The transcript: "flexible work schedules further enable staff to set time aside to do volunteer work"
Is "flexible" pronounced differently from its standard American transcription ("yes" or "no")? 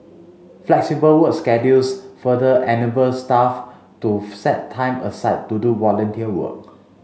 no